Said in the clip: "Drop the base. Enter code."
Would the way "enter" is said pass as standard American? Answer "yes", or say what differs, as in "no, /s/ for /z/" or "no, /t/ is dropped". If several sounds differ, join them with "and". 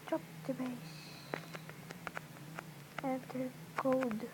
no, /n/ is dropped